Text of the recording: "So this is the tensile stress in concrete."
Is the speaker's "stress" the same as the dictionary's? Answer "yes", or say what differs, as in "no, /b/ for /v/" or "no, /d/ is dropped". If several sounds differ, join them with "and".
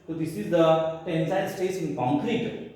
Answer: no, /ɹ/ is dropped